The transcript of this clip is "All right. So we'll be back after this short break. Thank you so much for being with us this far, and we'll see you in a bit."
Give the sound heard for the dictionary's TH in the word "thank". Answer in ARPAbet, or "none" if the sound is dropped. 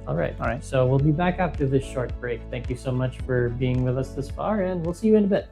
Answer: TH